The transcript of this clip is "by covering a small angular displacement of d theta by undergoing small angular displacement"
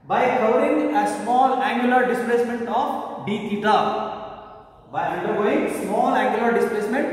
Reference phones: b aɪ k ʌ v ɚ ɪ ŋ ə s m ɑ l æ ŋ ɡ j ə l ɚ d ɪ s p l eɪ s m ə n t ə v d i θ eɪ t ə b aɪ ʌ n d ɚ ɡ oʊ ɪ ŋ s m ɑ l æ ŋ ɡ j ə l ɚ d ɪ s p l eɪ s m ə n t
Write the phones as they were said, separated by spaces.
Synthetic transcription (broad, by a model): b aɪ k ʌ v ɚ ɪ ŋ ə s m ɑ l æ ŋ ɡ j ə l ɚ d ɪ s p l eɪ s m ə n t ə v d i t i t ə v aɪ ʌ d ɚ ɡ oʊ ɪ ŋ s m ɑ l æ ŋ ɡ j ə l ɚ d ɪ s p l eɪ s m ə n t